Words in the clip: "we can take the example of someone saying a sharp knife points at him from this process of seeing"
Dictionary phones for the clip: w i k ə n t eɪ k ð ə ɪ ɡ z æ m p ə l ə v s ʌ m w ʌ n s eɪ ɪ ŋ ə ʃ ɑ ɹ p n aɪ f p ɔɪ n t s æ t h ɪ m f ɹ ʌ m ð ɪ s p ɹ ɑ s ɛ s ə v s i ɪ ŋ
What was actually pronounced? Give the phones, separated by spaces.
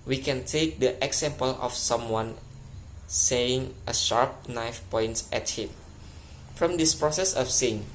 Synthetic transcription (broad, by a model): w i k ə n t eɪ k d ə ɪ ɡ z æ m p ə l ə f s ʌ m w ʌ n s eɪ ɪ ŋ ə ʃ ɑ ɹ p n aɪ f p ɔɪ n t s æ t h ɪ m f ɹ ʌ m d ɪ s p ɹ ɑ s ɛ s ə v s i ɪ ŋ